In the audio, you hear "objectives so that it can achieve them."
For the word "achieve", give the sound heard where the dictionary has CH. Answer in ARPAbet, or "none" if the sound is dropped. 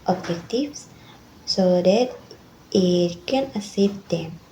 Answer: S